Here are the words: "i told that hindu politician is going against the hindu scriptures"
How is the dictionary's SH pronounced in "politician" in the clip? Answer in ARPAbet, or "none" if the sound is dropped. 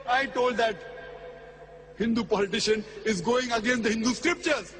SH